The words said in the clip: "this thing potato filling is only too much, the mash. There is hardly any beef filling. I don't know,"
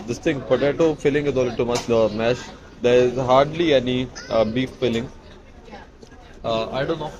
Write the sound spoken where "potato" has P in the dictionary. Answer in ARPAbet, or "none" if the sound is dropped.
B